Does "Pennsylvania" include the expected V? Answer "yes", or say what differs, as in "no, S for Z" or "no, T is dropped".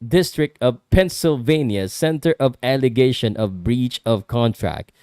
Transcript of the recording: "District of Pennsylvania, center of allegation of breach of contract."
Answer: yes